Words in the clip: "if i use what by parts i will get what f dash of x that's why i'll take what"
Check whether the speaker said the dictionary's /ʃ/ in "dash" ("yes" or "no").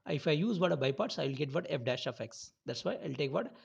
yes